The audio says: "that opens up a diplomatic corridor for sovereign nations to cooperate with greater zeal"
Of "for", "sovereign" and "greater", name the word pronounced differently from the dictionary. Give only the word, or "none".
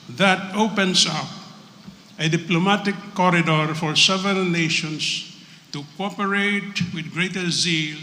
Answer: sovereign